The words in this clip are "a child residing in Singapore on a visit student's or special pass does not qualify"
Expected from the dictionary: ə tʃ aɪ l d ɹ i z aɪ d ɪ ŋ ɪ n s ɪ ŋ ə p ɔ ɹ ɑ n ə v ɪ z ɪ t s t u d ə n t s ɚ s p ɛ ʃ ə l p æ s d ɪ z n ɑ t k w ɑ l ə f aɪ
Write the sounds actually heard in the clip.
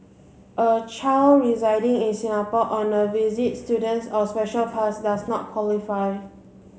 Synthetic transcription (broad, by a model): ə tʃ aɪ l ɹ i z aɪ d ɪ ŋ ɪ n s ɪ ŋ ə p ɔ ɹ ɑ n ə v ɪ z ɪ t s t u d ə n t s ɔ s p ɛ ʃ ə l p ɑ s d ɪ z n ɑ t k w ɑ l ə f aɪ